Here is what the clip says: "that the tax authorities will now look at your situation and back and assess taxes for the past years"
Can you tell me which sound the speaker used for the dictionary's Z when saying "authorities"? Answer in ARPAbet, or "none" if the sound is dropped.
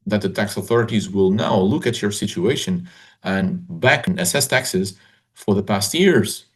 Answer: Z